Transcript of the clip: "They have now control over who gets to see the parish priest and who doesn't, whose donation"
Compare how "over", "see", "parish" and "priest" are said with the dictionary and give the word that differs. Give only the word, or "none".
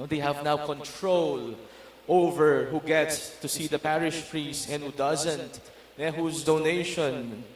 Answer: none